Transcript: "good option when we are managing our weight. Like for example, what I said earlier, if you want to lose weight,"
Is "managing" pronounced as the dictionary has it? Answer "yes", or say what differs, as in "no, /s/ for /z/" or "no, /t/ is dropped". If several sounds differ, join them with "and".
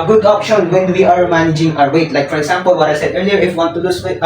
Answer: yes